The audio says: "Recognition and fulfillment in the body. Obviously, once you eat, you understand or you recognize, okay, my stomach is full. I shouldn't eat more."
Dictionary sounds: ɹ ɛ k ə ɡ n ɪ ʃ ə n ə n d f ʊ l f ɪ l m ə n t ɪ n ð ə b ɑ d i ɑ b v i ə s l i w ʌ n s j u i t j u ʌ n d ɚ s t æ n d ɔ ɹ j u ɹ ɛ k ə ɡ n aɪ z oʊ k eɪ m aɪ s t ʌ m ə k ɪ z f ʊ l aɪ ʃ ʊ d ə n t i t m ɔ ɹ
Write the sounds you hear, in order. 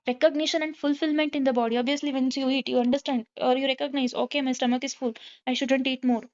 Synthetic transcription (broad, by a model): ɹ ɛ k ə ɡ n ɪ ʃ ə n ə n d f ʊ l f ɪ l m ə n t ɪ n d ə b ɑ d i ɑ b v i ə s l i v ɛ n s j u i t j u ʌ n d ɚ s t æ n d ɔ ɹ j u ɹ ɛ k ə ɡ n aɪ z oʊ k eɪ m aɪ s t ʌ m ə k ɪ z f ʊ l aɪ ʃ ʊ d ə n t i t m ɔ ɹ